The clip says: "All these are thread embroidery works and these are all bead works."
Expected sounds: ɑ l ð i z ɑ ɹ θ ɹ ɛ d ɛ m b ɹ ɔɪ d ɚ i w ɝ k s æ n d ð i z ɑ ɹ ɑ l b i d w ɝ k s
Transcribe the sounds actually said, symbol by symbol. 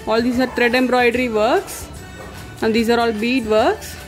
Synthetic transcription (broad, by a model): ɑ l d i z ɑ ɹ t ɹ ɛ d ɛ m b ɹ ɔɪ d ɚ i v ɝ k s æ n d i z ɑ ɹ ɑ l b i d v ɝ k s